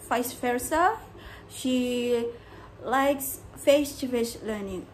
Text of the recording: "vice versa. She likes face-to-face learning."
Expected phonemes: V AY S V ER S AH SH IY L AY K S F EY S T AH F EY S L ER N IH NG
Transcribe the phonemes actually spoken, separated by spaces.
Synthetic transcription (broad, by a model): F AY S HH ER S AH SH IY L AY K S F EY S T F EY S L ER N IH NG